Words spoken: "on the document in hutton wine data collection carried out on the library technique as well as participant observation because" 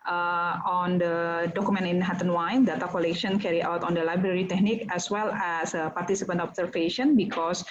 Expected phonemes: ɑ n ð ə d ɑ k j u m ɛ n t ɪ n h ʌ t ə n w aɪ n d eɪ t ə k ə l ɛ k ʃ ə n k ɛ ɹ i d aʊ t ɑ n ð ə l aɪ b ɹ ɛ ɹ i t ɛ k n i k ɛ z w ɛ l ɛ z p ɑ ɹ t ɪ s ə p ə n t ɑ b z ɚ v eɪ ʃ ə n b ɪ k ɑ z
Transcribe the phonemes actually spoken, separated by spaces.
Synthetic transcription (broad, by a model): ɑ n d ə d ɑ k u m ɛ n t ɪ n h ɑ t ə n w aɪ n d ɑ t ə k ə l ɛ k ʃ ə n k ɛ ɹ i aʊ t ɑ n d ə l aɪ b ɹ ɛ ɹ i t ɛ k n i k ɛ s w ɛ l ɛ s p ɑ ɹ t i s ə p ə n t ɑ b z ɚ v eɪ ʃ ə n b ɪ k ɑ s